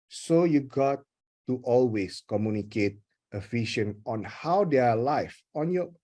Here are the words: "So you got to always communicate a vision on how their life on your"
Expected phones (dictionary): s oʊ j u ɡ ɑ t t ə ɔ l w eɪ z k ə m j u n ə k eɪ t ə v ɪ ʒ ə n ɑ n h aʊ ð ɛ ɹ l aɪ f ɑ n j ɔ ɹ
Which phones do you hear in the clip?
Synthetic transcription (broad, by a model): s oʊ j u ɡ ɑ t t ɔ l w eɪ s k ə m j u n ə k eɪ t ə f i ʃ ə n ɑ n h aʊ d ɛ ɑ l aɪ f ɑ n j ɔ